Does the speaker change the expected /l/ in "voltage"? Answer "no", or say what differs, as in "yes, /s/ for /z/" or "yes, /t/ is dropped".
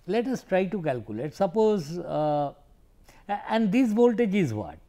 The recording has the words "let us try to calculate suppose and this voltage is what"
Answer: no